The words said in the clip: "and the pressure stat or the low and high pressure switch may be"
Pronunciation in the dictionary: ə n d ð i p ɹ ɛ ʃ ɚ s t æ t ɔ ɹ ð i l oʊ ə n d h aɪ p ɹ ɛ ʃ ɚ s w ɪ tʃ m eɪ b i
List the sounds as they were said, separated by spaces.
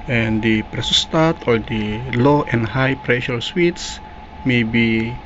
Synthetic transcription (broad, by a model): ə n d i p ɹ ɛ s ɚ s t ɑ t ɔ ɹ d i l oʊ ə n d h aɪ p ɹ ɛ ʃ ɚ s w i s m eɪ b i